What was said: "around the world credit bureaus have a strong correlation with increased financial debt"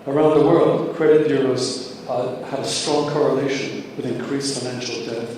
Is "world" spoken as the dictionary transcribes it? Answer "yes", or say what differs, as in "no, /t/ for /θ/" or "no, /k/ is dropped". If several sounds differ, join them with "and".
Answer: yes